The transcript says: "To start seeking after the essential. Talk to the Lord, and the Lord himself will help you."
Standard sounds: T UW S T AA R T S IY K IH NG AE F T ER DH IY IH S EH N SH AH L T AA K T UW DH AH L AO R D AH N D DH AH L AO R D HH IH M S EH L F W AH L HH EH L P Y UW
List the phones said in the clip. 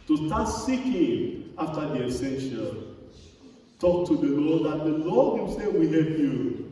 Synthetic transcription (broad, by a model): T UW S T AA T S IY K IH NG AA F T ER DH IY IH S EH N SH AH L T AA K T UW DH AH L AO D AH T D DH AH L AO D HH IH M S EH F W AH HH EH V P Y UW